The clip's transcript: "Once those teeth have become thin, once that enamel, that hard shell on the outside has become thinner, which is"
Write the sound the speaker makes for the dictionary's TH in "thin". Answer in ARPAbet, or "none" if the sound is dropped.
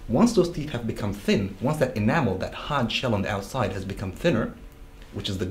TH